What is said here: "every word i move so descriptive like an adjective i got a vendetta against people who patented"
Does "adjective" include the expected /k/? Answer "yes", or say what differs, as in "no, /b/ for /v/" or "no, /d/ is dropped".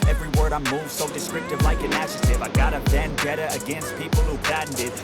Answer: no, /k/ is dropped